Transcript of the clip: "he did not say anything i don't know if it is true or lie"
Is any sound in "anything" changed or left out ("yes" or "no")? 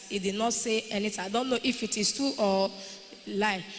yes